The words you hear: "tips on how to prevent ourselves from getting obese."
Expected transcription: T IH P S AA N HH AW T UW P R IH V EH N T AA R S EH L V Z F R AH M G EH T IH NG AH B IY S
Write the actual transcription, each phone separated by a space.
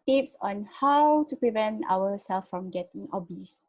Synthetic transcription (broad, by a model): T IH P S AA N HH AW T UW P R IH V EH N T AA W S EH L F R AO M G EH T IH NG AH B IY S